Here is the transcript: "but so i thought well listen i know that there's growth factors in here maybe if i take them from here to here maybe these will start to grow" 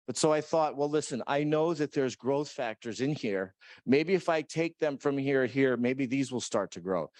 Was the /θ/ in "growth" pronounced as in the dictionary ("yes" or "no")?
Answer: yes